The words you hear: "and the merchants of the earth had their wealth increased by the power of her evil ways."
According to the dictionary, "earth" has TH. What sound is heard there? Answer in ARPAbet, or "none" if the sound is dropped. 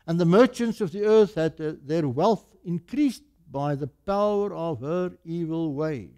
TH